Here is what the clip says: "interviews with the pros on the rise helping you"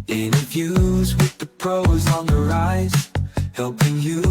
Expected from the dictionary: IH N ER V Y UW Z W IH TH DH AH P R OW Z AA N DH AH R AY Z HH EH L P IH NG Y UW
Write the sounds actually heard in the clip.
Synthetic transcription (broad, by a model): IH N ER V Y UW Z W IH DH AH P R OW Z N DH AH R AY Z HH EH L P IH NG Y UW